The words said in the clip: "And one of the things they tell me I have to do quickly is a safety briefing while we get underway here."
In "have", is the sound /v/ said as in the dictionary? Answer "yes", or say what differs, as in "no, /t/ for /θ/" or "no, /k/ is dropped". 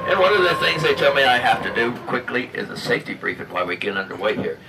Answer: no, /f/ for /v/